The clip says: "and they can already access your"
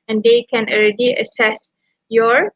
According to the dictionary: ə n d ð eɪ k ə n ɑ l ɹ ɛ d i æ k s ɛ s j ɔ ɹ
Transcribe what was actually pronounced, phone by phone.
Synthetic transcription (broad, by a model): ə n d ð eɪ k ə n ɑ l ɹ ɛ d i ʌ s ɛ s j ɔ ɹ